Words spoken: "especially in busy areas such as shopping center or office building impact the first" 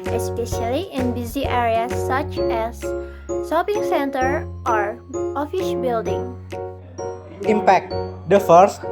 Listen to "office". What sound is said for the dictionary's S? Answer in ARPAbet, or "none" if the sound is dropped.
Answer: SH